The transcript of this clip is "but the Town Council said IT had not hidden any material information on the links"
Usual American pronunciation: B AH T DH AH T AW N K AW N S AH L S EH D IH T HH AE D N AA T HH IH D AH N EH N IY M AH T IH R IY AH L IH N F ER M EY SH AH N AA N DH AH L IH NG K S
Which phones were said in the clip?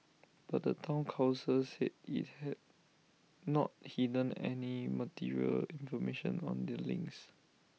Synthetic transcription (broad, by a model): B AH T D AH T AW N K AW S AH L S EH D IH T HH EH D N AA T HH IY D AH N EH N IY M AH T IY R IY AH L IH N F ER M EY SH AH N AA N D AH L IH NG K S